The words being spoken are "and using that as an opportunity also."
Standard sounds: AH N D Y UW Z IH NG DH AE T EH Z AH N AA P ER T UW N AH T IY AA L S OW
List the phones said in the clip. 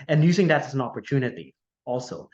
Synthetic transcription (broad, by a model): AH N Y UW Z IH NG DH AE T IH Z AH N AA P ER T UW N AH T IY AA L S OW